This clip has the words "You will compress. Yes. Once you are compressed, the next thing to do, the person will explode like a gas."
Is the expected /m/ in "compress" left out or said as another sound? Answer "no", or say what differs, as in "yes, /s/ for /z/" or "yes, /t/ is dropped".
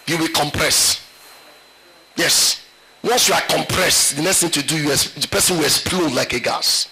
no